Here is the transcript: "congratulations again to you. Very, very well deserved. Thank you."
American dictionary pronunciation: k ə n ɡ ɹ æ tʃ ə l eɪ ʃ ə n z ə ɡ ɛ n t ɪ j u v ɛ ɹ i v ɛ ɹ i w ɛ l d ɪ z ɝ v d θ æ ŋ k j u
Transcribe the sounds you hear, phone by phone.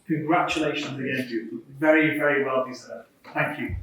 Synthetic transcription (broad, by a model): k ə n ɡ ɹ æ tʃ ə l eɪ ʃ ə n z ə ɡ ɛ n s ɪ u v ɛ ɹ i v ɛ ɹ i w ɛ l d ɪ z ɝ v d θ æ ŋ k j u